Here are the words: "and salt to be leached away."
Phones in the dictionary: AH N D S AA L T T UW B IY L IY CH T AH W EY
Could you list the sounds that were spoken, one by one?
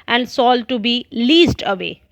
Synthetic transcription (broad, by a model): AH N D S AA L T T UW B IY L IY S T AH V EY